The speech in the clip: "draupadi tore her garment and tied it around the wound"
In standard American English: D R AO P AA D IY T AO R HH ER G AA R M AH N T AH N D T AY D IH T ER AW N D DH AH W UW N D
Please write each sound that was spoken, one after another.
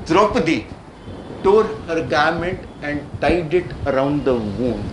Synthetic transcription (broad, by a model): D R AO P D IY T AO R HH ER G AA R M AH N T AH N D T AY D IH T ER AW N D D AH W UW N